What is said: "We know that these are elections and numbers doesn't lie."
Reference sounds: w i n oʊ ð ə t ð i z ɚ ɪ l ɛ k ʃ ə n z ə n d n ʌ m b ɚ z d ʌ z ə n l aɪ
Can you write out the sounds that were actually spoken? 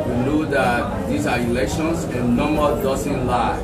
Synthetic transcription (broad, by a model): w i n oʊ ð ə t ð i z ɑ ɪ l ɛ k ʃ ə n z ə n n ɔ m ɚ d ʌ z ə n l aɪ